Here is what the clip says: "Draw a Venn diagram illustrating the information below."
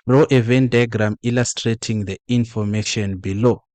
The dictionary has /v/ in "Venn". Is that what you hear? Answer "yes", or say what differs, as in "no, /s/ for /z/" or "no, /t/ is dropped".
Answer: yes